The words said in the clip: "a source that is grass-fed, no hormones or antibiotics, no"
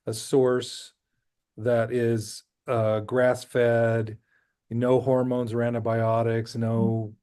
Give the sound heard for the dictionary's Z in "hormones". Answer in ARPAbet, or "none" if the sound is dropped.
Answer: Z